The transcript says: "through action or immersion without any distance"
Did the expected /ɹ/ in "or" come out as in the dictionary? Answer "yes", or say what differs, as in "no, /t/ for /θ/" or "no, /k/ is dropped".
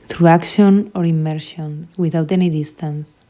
yes